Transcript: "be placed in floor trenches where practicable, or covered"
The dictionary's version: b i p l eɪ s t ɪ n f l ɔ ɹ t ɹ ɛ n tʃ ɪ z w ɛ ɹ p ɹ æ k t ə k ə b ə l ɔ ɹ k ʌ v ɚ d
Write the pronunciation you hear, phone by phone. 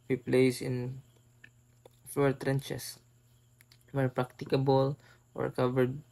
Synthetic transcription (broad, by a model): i p l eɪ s ɪ n f l ɔ ɹ t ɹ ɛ n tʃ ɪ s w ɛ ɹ p ɹ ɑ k t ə k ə b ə l ɔ ɹ k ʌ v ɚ d